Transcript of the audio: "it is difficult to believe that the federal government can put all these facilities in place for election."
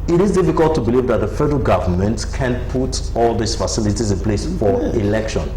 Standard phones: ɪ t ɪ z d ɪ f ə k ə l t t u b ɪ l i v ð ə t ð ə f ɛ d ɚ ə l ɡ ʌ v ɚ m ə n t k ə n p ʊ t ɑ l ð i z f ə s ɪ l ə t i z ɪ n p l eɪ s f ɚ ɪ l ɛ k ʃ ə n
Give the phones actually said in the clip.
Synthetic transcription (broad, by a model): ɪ t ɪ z d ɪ f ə k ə l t t u b ɪ l i v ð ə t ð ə f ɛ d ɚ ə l ɡ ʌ v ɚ m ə n t k ə n p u t ɑ l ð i s f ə s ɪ l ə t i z ɪ n p l eɪ s f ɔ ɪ l ɛ k ʃ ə n